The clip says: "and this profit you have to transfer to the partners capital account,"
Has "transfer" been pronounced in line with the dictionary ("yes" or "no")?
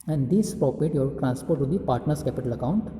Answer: no